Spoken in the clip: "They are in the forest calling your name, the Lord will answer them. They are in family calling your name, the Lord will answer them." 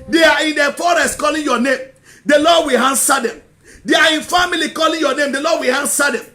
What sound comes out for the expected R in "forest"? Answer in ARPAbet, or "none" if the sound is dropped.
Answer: R